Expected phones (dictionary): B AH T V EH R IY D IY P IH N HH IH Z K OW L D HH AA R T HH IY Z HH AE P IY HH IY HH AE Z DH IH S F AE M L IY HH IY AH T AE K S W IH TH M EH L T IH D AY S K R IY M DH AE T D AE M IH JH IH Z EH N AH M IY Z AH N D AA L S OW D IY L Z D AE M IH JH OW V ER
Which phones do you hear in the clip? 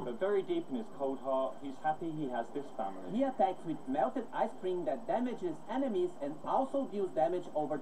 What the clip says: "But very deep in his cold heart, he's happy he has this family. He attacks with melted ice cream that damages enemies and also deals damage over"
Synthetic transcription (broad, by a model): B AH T V EH R IY D IY P IH N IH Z K OW D HH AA HH IY Z HH AE P IY HH IY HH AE Z DH IH S F AE M L IY HH IY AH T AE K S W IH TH M EH L T IH D AY S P R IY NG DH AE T D AE M IH JH IH Z EH N AH M IY Z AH N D AA L S OW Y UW Z D AE M IH JH OW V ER